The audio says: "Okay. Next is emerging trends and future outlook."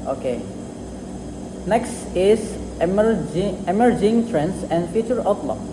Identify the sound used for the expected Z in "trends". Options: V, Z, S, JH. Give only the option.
S